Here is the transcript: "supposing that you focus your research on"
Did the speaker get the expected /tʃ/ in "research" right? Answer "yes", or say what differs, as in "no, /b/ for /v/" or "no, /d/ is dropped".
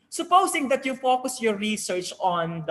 yes